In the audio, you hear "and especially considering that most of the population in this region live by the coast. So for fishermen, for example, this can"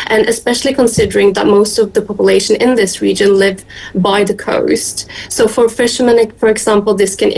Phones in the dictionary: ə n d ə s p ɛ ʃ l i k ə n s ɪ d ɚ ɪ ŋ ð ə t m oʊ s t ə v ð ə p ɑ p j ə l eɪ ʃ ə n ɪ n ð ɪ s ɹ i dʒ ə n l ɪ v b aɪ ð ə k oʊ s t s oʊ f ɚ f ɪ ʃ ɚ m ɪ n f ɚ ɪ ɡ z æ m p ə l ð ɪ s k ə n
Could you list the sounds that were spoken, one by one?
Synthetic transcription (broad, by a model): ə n ə s p ɛ ʃ l i k ə n s ɪ d ɚ ɪ ŋ ð ə t m oʊ s t ə v ð ə p ɑ p j ə l eɪ ʃ ə n ɪ n ð ɪ s ɹ i dʒ ə n l ɪ v b aɪ ð ə k oʊ s t s oʊ f ɚ f ɪ ʃ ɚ m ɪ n f ɚ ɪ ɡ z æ m p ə l ð ɪ s k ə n